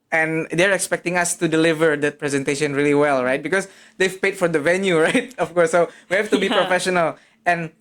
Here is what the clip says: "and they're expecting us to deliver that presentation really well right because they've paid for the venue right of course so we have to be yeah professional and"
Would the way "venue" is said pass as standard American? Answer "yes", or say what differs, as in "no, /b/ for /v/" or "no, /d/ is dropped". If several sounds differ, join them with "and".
yes